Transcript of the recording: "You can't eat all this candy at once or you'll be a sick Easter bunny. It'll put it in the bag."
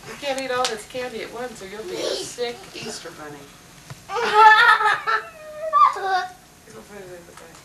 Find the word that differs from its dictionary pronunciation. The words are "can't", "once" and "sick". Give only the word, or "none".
none